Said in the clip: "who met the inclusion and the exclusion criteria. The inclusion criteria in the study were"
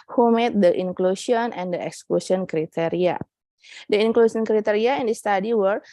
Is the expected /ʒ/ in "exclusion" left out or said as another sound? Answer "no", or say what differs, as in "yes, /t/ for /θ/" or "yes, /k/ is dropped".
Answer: yes, /s/ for /ʒ/